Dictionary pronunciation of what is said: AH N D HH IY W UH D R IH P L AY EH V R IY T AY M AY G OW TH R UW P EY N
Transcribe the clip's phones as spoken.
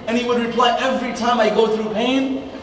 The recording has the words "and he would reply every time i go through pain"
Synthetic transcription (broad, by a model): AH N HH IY W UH D R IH P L AY EH V R IY T AY M AY G OW TH R UW P EY N